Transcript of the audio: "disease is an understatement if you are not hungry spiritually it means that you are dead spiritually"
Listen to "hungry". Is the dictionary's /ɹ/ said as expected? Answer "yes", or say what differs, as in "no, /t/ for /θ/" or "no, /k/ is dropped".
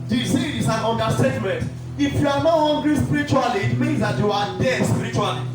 no, /l/ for /ɹ/